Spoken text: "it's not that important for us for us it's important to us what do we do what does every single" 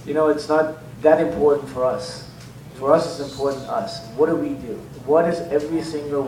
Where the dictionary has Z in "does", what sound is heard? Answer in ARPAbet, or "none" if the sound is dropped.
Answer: Z